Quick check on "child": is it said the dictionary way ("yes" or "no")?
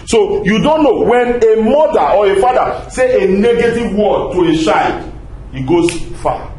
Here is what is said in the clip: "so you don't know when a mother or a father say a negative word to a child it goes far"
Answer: no